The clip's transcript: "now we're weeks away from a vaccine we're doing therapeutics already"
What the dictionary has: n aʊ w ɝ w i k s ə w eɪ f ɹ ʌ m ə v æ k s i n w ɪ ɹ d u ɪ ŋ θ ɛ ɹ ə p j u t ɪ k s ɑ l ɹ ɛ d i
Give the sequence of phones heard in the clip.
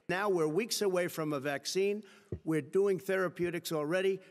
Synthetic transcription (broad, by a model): n aʊ w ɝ w i k s ə w eɪ f ɹ ʌ m ə v æ k s i n w ɪ ɹ d u ɪ ŋ θ ɛ ɹ ə p j u t ɪ k s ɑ l ɹ ɛ d i